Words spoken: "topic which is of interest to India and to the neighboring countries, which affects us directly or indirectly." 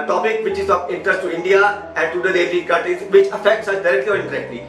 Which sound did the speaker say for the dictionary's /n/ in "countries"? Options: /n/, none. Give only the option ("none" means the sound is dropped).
none